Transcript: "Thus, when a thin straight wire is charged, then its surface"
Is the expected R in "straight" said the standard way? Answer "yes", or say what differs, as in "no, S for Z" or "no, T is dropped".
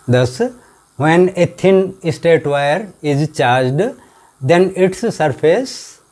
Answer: no, R is dropped